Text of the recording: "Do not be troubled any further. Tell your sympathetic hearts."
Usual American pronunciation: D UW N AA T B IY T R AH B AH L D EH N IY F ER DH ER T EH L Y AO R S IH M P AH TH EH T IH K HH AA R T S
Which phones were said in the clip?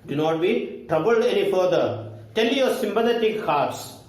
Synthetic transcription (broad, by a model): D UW N AA T B IY T R AH B AH L D EH N IY F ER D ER T EH L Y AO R S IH M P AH T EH T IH K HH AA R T S